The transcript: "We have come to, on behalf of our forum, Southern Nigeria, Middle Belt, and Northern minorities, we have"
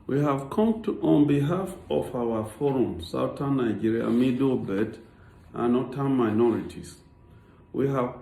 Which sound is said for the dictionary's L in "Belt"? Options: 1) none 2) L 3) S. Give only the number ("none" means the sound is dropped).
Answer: 1